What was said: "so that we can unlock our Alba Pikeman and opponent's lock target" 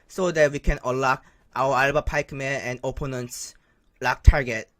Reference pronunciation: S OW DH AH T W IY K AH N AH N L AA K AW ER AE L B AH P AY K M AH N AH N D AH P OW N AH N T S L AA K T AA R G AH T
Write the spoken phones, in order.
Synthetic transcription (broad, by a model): S OW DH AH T W IY K AH N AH L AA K AW ER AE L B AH P AY K M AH AH N D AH P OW N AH N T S L AA K T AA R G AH T